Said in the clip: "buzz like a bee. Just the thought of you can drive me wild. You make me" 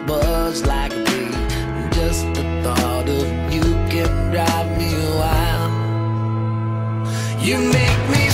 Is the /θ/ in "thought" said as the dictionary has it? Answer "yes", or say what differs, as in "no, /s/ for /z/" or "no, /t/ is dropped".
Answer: yes